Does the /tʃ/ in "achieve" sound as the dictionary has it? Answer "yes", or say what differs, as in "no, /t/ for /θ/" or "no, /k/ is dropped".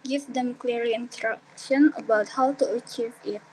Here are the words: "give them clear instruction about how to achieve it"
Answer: yes